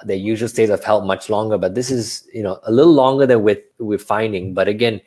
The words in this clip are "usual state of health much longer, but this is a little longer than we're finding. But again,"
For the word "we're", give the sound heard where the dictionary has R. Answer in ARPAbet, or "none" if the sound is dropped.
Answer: W